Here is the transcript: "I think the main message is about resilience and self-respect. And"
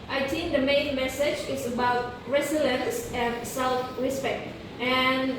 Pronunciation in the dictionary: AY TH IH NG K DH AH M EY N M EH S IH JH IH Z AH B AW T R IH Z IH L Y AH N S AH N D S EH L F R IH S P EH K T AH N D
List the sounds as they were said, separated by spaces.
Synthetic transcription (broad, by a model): AY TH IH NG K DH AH M EY N M EH S IH JH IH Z AH B AW T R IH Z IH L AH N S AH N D S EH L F L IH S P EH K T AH N